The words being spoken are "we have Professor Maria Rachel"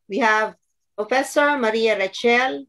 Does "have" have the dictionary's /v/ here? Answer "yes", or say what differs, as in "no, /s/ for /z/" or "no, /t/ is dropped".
yes